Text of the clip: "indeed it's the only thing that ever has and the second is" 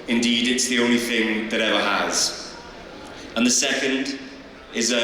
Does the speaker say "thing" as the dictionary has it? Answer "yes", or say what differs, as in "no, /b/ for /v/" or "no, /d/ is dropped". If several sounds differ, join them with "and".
yes